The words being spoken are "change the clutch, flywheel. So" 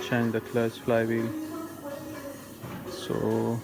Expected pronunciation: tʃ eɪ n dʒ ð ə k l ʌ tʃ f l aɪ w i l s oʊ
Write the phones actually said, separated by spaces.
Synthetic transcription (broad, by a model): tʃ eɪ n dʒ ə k l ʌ s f l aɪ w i l s oʊ